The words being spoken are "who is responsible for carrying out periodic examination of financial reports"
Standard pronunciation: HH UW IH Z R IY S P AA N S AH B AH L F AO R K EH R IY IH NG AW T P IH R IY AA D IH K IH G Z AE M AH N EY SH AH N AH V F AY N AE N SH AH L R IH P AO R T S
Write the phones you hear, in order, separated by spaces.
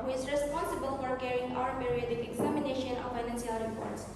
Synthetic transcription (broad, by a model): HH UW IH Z R IY S P AA N S AH B AH L F AO R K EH R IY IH NG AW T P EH R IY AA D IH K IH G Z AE M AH N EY SH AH N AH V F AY N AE N S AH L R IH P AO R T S